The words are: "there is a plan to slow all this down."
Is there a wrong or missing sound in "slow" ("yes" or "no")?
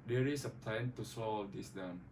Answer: yes